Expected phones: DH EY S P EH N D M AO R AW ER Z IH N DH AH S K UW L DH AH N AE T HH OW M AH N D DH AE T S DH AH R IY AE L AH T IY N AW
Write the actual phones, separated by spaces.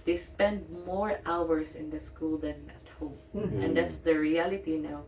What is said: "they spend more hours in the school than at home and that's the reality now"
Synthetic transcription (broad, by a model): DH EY S P EH N D M AO R AW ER S IH N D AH S K UW L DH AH N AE T HH OW M AH N D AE T S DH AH R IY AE L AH T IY N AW